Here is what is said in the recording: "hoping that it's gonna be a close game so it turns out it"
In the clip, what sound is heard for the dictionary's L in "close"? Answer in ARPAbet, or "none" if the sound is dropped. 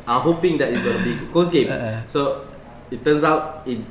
none